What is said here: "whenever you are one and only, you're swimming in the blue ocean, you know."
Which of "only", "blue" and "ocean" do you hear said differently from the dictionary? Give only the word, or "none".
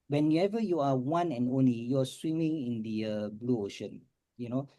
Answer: none